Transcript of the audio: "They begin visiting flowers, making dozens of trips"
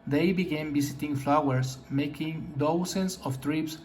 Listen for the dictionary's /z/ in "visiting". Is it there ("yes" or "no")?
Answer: no